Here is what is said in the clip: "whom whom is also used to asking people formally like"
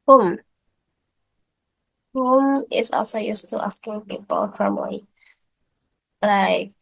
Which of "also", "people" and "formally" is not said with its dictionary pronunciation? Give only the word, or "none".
formally